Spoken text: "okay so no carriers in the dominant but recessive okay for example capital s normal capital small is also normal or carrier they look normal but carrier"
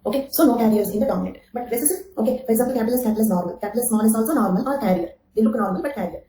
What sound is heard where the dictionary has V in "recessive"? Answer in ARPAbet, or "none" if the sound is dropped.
none